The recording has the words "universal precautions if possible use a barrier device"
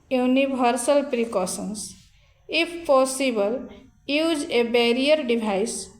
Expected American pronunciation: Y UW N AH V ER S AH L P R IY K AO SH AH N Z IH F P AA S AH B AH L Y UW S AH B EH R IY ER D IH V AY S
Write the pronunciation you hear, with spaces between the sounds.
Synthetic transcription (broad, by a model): Y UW N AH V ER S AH L P R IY K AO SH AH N S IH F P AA S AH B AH L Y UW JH AH B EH R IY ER D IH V AY S